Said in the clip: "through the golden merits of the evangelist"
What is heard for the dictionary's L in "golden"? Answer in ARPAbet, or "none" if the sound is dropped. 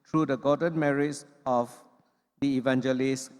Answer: none